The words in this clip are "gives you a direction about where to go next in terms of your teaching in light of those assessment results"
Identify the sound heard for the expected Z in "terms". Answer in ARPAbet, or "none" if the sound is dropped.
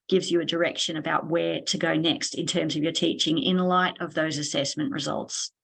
Z